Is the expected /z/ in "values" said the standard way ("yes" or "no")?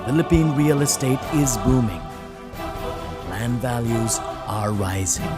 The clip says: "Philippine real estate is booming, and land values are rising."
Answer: yes